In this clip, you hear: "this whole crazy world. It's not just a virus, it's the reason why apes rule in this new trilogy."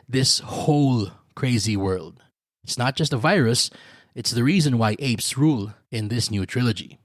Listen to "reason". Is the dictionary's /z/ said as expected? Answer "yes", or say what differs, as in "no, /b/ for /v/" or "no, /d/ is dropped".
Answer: yes